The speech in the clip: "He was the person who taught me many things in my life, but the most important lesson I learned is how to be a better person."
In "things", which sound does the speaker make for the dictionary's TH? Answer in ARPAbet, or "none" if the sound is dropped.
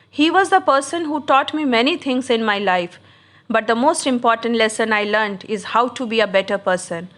T